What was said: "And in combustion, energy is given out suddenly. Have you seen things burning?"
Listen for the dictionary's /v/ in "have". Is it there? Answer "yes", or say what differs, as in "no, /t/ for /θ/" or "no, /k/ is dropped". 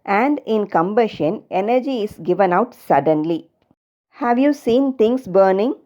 yes